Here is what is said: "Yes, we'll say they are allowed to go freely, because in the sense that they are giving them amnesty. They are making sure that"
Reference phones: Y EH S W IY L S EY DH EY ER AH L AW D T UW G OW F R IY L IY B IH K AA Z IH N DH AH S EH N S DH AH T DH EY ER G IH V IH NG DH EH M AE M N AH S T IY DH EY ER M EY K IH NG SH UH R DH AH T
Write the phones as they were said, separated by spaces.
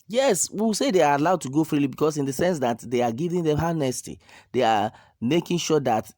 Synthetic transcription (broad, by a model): Y EH S W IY W S EY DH EY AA AH L AW D T UW G OW F R IY L IY B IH K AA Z IH N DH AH S EH N S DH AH T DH EY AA G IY V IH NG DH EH M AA N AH S T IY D EY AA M EY K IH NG SH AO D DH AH T